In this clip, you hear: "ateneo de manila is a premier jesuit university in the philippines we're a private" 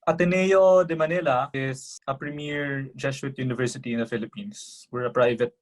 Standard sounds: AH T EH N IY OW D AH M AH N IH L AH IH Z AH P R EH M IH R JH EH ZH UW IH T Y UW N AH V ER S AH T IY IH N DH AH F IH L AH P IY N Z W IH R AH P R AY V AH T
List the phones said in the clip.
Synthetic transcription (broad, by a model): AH T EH N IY OW D AH M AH N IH L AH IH S AH P R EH M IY R JH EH SH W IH T Y UW N AH V ER S AH T IY IH N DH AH F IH L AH P IY N S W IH R AH P R AY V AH T